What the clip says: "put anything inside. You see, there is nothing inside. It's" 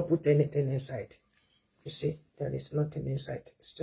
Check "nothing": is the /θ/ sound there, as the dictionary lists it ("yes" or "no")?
no